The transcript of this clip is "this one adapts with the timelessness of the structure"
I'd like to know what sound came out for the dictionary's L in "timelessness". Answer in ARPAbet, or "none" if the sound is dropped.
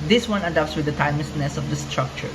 none